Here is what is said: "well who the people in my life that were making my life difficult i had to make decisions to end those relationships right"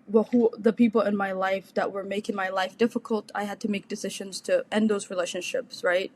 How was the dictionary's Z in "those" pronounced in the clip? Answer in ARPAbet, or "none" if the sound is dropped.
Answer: Z